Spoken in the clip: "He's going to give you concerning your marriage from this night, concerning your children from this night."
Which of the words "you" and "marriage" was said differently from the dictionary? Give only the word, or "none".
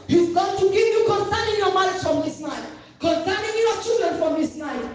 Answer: marriage